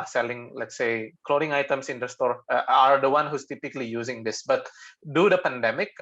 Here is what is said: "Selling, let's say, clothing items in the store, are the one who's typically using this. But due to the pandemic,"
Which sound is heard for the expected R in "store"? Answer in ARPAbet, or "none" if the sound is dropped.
R